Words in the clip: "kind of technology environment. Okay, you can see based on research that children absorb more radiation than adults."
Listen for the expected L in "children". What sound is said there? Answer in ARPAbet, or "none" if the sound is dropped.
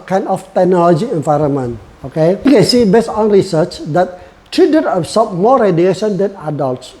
none